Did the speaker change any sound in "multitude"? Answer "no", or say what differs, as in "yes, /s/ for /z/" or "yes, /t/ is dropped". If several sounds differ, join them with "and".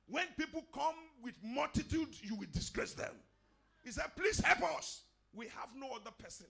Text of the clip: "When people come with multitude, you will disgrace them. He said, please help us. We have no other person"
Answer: no